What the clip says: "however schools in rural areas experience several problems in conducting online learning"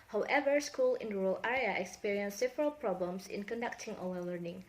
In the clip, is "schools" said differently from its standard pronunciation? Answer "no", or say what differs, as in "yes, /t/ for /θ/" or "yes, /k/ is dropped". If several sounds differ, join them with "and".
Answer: yes, /z/ is dropped